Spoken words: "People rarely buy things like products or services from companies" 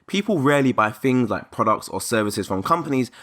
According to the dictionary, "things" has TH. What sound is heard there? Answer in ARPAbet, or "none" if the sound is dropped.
TH